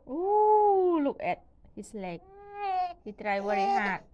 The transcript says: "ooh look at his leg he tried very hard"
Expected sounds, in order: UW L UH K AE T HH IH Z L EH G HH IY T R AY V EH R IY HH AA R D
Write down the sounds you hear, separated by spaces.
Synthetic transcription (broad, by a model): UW L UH K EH T HH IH S L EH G HH IY T R AY W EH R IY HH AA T